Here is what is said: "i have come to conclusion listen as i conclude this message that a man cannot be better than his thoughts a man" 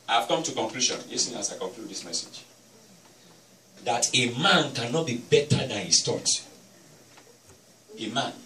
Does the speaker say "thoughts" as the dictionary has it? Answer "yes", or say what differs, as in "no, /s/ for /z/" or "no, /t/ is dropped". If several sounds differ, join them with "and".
no, /s/ is dropped